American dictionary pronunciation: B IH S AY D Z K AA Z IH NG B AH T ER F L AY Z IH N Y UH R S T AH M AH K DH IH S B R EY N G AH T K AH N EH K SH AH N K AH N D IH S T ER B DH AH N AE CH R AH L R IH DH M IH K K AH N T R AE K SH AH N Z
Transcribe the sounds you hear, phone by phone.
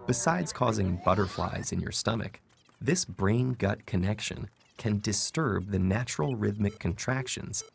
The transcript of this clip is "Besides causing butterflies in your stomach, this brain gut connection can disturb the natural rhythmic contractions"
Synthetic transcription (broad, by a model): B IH S AY D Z K AA Z IH NG B AH T ER F L AY Z IH N Y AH R S T AH M AH K DH IH S B R EY N G AH T K AH N EH K SH AH N K AH N D IH S T ER B DH AH N AE CH R L R IH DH M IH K K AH N T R AE K SH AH N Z